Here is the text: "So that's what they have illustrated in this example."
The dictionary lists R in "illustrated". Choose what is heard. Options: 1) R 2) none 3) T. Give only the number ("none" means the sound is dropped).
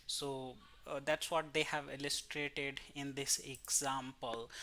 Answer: 1